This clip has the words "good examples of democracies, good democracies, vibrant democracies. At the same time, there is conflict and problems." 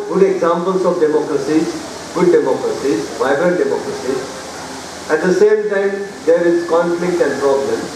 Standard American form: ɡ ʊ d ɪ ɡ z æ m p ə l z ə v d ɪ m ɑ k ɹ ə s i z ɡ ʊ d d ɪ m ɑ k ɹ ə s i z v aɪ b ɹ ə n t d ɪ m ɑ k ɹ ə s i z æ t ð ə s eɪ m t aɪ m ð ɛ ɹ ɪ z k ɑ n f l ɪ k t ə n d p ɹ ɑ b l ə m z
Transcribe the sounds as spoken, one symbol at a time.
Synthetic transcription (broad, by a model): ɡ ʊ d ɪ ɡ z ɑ m p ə l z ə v d ɪ m ɑ k ɹ ə s i z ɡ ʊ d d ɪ m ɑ k ɹ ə s i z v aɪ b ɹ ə t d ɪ m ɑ k ɹ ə s i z æ t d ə s eɪ m t aɪ m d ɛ ɹ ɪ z k ɑ n f l ɪ k t ə n d p ɹ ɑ b l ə m